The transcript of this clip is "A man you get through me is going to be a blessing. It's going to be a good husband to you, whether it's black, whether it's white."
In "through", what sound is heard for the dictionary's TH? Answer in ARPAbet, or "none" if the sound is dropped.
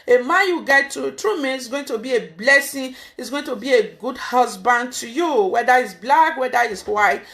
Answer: T